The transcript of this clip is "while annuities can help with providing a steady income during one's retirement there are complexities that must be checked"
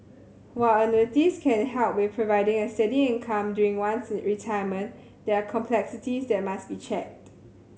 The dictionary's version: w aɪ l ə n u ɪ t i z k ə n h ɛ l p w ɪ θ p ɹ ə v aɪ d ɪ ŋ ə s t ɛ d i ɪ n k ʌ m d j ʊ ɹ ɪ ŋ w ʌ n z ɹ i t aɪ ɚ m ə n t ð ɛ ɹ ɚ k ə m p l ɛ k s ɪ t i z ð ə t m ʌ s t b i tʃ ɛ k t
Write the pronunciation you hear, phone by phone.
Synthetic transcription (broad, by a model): w aɪ l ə n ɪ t i s k ə n h ɛ l p w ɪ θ p ɹ ə v aɪ d ɪ ŋ ə s t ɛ d i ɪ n k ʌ m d j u ɹ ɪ ŋ w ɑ n s ɹ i t aɪ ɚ m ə n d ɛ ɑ k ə m p l ɛ k s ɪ t i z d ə t m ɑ s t b i tʃ ɛ k t